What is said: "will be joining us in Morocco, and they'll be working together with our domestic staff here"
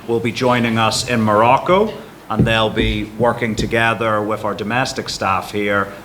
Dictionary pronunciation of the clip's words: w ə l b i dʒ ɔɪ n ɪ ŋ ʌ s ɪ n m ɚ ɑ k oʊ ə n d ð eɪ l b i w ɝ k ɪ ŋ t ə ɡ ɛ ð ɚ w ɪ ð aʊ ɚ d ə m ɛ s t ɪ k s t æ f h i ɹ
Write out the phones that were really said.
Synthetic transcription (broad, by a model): w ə l b i dʒ ɔɪ n ɪ ŋ ʌ s ɪ n m ɚ ɑ k oʊ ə n ð eɪ l b i w ɝ k ɪ ŋ t ə ɡ ɛ ð ɚ w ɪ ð aʊ ɚ d ə m ɛ s t ɪ k s t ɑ f h i ɹ